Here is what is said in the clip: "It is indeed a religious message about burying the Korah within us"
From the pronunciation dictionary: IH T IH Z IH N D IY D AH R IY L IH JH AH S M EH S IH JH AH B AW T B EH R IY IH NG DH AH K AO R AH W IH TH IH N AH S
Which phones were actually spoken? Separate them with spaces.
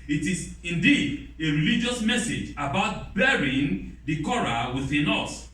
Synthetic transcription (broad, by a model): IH T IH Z IH N D IY D AH R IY L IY JH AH S M EH S IH JH AH B AW T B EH R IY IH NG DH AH K AO R AH W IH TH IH N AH S